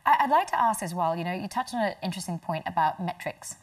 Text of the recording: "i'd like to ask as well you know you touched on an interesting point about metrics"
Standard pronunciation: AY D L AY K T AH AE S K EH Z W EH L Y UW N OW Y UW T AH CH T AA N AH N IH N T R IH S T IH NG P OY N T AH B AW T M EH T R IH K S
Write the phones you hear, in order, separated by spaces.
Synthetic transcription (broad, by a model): AY D L AY K T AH AE S K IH Z W EH L Y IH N OW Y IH T AH CH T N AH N IH N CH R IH S T IH NG P OY N T AH B AW T M EH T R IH K S